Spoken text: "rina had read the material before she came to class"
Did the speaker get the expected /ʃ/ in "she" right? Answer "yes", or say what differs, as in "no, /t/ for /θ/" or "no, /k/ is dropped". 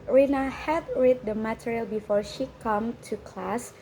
yes